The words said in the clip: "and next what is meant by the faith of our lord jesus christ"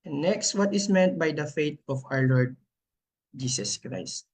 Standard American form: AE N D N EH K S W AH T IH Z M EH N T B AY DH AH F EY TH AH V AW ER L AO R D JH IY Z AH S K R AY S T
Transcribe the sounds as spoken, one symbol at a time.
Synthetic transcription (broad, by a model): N N EH K S W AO T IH S M EH N T B AY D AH F EY T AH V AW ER L AO R D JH IY S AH S K R AY S T